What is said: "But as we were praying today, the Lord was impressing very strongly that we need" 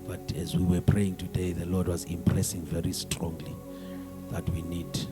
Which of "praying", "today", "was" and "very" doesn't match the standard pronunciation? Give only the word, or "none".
none